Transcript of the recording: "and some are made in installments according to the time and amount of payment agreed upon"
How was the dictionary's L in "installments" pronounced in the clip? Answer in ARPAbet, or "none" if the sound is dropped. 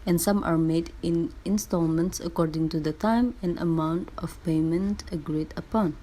L